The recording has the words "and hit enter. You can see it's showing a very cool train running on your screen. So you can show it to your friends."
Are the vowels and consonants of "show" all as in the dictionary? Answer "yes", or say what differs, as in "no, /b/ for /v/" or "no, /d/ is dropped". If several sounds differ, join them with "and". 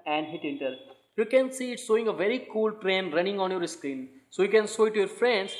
no, /s/ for /ʃ/